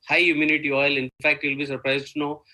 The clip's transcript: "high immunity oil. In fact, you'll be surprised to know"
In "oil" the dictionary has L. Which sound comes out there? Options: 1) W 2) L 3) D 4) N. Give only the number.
2